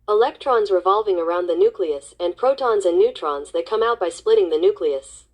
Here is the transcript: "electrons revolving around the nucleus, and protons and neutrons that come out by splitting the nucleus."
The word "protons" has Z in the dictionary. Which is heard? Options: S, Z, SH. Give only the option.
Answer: Z